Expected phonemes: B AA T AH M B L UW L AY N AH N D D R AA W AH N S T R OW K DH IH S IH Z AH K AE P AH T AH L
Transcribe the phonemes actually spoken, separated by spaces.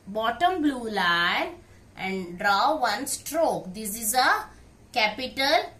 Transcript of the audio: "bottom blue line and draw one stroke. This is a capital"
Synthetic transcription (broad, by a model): B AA T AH M B L UW L AY N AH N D D R AA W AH N S T R OW K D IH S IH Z AH K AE P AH T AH L